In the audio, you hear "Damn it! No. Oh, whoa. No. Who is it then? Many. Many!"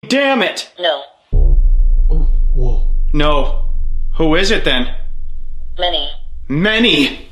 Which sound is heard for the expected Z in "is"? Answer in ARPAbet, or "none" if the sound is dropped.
Z